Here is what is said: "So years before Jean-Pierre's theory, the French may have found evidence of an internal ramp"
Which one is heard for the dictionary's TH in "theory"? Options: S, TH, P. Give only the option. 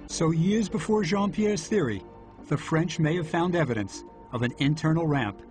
TH